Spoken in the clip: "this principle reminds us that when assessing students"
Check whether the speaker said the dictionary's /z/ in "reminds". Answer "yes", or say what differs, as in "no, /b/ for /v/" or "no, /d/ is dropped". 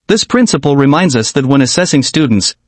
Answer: yes